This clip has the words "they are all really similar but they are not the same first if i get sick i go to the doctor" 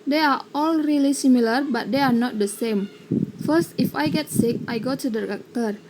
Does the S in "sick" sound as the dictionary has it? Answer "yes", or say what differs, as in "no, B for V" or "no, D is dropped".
yes